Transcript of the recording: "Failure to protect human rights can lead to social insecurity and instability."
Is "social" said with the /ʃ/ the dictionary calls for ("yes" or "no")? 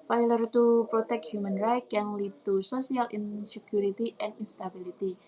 no